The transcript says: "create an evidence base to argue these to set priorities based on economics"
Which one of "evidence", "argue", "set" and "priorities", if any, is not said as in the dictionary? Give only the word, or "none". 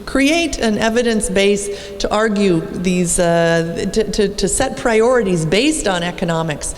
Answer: none